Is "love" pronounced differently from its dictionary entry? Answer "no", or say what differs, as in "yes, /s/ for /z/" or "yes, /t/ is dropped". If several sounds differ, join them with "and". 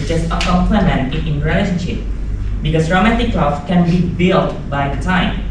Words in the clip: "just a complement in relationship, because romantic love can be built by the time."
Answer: yes, /f/ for /v/